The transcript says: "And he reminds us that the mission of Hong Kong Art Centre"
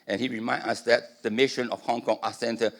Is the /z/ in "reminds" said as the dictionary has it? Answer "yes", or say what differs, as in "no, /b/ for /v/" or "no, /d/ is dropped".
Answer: no, /z/ is dropped